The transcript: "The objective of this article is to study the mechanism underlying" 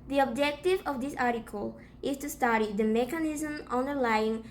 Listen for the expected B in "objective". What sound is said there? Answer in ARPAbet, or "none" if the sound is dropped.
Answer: B